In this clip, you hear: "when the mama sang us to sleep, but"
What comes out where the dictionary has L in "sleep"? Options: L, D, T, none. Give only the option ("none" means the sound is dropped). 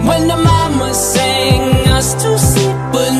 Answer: none